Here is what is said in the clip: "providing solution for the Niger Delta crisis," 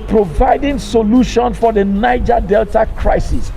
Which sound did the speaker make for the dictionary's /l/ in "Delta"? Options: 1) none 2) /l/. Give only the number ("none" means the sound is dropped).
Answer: 2